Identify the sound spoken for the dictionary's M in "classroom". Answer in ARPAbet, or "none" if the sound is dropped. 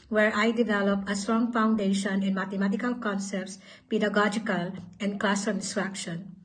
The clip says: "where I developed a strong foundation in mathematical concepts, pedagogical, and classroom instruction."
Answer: none